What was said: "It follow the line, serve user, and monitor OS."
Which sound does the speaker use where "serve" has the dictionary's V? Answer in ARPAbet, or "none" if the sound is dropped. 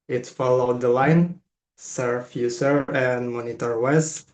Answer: F